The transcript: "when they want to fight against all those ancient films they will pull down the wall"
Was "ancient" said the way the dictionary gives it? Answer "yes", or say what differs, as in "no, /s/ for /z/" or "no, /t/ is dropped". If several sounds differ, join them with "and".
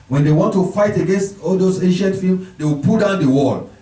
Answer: yes